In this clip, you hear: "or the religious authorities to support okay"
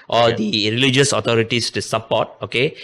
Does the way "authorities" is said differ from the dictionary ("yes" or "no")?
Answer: yes